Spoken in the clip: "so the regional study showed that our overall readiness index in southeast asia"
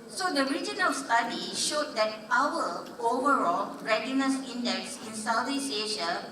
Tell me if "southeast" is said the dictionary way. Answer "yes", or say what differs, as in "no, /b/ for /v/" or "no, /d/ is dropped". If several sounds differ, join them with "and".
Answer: no, /t/ is dropped